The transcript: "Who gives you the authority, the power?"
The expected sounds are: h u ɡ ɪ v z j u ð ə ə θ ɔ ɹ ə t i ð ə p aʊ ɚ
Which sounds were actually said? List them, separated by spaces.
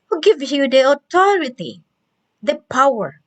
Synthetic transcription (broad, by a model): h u ɡ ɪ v j u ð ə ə t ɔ ɹ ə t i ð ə p aʊ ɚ